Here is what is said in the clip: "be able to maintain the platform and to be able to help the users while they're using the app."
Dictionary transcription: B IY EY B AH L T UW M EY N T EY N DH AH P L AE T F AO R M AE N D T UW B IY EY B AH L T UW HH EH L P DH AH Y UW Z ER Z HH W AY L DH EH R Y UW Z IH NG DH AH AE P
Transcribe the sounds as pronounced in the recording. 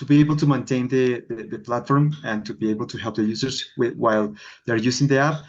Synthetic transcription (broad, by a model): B IY EY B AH L T UW M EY N T EY N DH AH P L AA T F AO R M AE N T UW B IY EY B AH L T UW HH EH L P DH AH Y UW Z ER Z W W AY L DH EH R Y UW S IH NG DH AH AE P